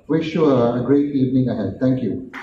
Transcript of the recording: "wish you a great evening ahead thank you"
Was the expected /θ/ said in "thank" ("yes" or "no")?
no